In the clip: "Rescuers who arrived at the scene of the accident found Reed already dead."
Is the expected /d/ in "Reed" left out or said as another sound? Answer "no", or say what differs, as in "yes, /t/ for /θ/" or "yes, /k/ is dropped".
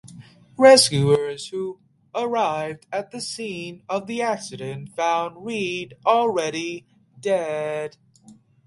no